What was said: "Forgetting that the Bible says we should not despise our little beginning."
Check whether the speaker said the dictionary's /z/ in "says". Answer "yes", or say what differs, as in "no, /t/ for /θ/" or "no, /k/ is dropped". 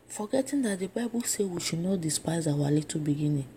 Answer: no, /z/ is dropped